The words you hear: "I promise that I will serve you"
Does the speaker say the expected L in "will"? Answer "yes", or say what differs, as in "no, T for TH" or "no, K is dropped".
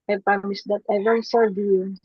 no, N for L